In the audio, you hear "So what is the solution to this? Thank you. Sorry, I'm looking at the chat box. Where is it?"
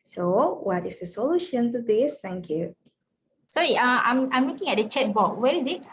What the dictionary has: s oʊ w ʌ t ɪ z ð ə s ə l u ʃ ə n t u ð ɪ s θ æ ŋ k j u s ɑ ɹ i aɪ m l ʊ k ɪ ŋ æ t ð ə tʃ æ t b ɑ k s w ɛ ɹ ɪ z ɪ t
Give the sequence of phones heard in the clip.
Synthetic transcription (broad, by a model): s oʊ w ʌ t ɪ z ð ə s ə l u ʃ ə n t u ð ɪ s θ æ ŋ k j u s ɑ ɹ i aɪ m l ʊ k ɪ ŋ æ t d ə tʃ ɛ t b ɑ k w ɛ ɹ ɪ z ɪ t